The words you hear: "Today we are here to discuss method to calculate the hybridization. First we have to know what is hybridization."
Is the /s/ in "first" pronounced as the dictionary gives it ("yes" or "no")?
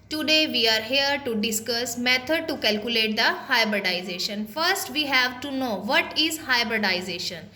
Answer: yes